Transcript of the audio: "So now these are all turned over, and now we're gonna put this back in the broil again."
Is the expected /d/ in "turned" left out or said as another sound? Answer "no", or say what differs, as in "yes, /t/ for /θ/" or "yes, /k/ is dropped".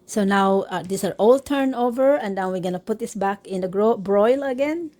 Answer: yes, /d/ is dropped